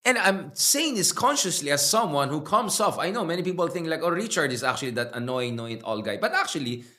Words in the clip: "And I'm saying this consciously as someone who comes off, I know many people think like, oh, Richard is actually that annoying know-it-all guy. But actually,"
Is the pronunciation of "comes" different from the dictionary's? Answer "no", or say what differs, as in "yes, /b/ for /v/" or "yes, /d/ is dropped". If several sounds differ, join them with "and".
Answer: yes, /s/ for /z/